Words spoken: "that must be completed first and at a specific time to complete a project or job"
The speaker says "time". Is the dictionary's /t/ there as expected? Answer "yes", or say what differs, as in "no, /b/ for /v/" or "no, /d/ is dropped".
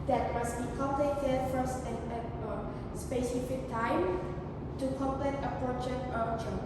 yes